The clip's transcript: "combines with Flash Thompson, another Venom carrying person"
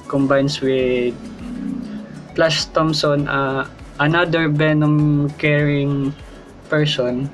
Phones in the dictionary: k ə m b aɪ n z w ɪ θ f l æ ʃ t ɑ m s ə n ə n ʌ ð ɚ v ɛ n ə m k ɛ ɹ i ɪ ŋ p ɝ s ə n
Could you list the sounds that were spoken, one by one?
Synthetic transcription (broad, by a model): k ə m b aɪ n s w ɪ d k l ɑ s t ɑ m s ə n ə n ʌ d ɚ b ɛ n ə m k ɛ ɹ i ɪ ŋ p ɝ s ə n